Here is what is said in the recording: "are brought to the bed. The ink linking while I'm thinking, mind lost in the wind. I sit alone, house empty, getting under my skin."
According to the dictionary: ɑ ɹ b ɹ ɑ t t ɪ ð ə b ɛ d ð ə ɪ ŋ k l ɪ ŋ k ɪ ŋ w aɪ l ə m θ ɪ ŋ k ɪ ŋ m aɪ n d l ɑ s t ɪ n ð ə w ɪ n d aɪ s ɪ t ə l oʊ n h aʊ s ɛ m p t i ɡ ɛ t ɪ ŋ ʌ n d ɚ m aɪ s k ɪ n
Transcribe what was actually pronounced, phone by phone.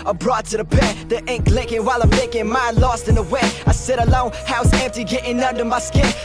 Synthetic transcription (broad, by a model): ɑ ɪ b ɹ ɑ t t ɪ ð ə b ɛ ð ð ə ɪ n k l ɪ ŋ k ɪ ŋ w aɪ l ə m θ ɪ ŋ k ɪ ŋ m aɪ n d l ɑ s t ɪ n ð ə w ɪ aɪ s ɪ t ə l oʊ n h aʊ s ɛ m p t i ɡ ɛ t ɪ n ʌ n d ɚ m aɪ s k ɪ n